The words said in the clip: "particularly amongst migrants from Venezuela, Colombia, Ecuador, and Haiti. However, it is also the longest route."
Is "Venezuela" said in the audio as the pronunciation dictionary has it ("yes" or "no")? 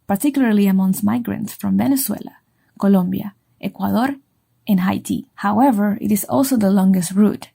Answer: no